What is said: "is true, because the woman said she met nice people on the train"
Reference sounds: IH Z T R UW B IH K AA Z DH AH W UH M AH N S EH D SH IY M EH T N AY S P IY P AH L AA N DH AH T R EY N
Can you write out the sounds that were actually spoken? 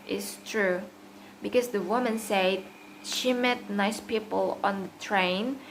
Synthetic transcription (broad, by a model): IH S T R UW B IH K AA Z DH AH W UH M AH N S EH D SH IY M EH T N AY S P IY P AH L AA N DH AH T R EY N